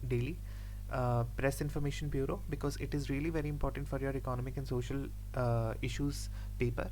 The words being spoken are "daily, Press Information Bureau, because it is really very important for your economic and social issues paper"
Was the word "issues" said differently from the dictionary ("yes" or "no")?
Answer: no